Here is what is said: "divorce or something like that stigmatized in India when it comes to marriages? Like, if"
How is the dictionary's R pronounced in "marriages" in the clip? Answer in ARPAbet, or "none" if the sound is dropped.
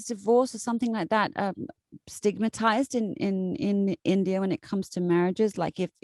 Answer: R